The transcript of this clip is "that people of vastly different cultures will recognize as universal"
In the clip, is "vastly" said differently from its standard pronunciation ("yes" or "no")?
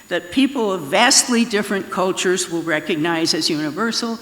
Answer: no